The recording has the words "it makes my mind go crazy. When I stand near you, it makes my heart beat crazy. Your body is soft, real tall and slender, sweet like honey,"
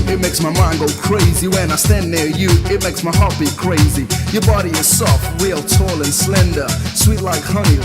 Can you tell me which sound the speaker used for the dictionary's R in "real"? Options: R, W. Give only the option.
W